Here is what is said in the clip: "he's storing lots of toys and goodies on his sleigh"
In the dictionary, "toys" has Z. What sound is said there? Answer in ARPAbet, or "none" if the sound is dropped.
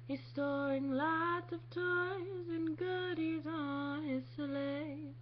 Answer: Z